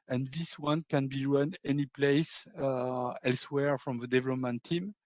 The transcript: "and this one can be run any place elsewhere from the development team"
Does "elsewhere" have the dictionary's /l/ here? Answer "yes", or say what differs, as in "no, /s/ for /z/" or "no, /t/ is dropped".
yes